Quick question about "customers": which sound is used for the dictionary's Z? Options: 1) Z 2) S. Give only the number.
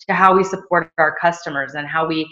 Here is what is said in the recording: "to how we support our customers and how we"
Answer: 1